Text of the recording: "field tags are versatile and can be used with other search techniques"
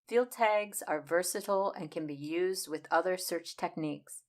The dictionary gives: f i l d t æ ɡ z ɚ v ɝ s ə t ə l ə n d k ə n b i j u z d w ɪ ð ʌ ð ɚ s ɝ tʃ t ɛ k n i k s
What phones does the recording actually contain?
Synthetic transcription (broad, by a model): f i l d t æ ɡ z ɚ v ɝ s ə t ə l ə n k ə n b i j u z d w ɪ ð ʌ ð ɚ s ɝ tʃ t ɛ k n i k s